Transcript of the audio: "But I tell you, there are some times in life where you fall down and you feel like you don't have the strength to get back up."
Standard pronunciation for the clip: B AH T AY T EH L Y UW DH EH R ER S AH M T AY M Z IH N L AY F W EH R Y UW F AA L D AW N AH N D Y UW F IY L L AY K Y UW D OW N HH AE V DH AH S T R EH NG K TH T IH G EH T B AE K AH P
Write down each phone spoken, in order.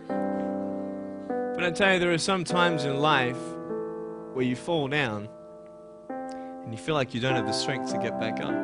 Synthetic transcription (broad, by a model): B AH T AY T EH L Y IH DH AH R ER S AH M T AY M Z IH N L AY F W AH R Y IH F AA L D AW N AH N Y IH F IY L L AY K Y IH D OW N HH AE V DH AH S T R EH NG K TH T IH G EH T B AE K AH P